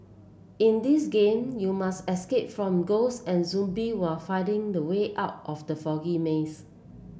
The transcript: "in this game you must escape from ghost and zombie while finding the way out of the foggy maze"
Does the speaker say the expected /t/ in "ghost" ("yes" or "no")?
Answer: no